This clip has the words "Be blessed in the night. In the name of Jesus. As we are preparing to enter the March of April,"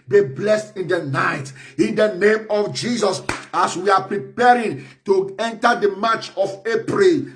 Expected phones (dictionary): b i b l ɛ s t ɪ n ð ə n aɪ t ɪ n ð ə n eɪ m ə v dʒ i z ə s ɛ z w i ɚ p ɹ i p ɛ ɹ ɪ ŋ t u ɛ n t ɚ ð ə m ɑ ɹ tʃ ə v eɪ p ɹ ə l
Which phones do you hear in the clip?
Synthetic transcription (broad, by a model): b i b l ɛ s t ɪ n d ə n aɪ t ɪ n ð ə n eɪ m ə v dʒ i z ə s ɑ s w i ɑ p ɹ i p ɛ ɹ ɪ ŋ t u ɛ n t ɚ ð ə m ɑ tʃ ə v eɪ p ɹ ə l